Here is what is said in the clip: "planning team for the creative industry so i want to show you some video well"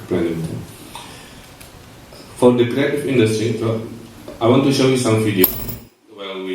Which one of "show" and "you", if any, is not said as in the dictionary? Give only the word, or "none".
none